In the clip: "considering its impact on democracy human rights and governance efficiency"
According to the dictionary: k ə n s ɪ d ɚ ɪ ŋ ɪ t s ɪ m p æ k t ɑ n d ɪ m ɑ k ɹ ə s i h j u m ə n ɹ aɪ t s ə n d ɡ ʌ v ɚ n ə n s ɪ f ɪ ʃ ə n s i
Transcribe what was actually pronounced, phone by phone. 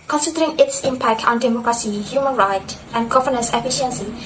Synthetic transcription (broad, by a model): k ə n s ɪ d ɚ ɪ ŋ ɪ t s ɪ m p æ k t ɑ n d ɪ m ɑ k ɹ ə s i h j u m ə n ɹ aɪ t ə n d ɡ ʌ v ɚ n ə s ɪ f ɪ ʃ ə n s i